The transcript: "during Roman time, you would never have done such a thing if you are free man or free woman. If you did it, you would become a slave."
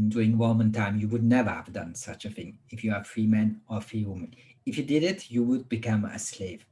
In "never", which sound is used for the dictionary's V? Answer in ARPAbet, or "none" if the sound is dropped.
V